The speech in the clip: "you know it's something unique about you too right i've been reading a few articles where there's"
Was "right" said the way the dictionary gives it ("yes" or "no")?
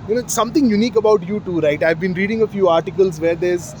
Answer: yes